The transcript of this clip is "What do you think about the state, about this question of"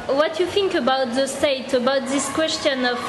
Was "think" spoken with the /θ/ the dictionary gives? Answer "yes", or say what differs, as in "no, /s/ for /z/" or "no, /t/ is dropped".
yes